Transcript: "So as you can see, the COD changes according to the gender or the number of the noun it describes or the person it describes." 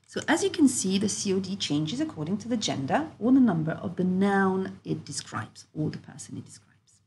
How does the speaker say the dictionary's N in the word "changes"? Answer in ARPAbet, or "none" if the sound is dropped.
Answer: N